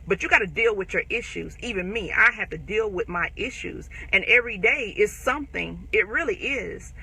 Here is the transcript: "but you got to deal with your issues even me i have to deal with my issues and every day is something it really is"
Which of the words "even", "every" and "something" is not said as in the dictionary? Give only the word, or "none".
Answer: none